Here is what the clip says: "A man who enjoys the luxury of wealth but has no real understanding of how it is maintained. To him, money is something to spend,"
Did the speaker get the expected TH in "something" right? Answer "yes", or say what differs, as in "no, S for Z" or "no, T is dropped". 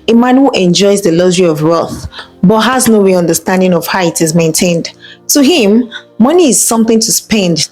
yes